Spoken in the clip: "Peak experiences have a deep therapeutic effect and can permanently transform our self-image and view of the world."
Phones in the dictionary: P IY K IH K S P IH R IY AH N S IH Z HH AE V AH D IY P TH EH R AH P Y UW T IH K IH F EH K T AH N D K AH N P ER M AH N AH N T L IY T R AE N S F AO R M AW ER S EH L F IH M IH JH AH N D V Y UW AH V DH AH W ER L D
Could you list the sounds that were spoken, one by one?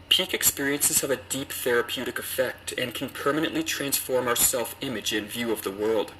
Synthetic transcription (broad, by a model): P IY K IH K S P IH R IY AH N S IH Z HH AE V AH D IY P TH EH R AH P Y UW T IH K IH F EH K T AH N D K N P ER M AH N AH N T L IY T R AE N S F AO R M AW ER S EH L F IH M IH JH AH N V Y UW AH V DH AH W ER L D